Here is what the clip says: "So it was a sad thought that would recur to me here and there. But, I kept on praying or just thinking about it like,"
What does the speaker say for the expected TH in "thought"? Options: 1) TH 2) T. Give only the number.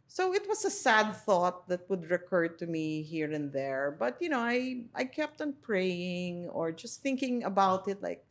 1